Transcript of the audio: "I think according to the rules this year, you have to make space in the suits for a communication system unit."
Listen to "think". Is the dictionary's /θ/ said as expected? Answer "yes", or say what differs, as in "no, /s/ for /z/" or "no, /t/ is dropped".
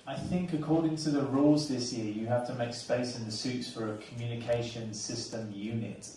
yes